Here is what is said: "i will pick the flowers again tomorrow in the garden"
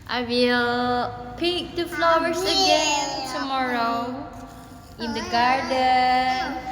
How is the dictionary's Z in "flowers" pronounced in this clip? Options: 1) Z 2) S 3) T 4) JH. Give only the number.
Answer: 2